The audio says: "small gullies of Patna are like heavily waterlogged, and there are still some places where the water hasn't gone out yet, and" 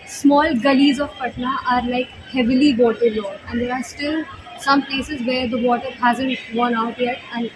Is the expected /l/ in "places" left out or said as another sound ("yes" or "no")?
no